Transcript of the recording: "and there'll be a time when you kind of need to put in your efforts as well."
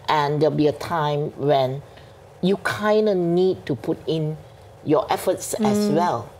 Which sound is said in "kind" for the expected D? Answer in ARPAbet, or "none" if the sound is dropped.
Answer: D